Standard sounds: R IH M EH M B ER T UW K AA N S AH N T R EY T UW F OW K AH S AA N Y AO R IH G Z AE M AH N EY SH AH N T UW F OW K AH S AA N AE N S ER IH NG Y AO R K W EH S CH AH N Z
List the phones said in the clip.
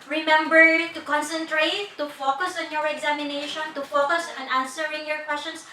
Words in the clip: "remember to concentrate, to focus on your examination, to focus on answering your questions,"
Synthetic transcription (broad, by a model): R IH M EH M B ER T UW K AA N S AH N T R EY T UW F OW K AH S AA N Y AO R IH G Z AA M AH N EY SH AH N T UW F OW K AH S AA N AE N S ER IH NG Y AO R K W EH S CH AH N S